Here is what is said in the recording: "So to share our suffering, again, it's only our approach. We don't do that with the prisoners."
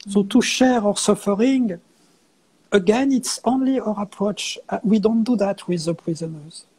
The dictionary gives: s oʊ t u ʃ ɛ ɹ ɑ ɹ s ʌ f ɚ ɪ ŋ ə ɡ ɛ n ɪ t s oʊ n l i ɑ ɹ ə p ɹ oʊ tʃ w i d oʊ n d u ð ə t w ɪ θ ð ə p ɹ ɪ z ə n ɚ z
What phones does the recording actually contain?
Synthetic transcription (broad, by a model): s oʊ t u ʃ ɛ ɹ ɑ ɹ s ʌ f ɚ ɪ ŋ ə ɡ ɛ n ɪ t s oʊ n l i ɑ ɹ ə p ɹ oʊ tʃ w i d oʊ n d u ð ə t w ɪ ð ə p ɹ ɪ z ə n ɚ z